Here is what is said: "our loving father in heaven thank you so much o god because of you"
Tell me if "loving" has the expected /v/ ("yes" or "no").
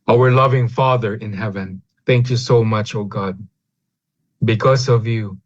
yes